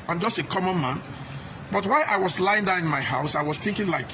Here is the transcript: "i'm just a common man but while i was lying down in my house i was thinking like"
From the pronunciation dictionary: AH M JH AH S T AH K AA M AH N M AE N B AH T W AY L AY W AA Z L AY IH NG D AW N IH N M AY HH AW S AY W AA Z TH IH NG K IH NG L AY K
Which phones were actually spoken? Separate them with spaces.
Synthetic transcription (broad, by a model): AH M JH AH S T AH K AA M AH N M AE N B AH T W AY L AY W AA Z L AY IH NG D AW IH N M AY HH AW S AY W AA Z TH IH NG K IH NG L AY K